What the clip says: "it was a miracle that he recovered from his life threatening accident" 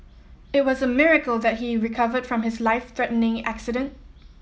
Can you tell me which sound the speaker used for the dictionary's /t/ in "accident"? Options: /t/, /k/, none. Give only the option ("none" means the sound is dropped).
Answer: /t/